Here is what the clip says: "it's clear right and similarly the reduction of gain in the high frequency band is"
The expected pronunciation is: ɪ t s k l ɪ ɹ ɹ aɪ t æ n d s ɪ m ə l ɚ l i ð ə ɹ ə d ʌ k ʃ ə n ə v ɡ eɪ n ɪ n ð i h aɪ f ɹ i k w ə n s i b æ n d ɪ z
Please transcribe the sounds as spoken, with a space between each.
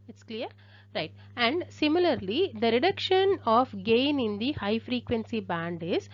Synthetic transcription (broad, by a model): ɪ t s k l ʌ ɹ ɹ aɪ t æ n d s ɪ m ə l ɚ l i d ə ɹ ə d ʌ k ʃ ə n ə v ɡ eɪ n ɪ n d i h aɪ f ɹ i k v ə n s i b æ n d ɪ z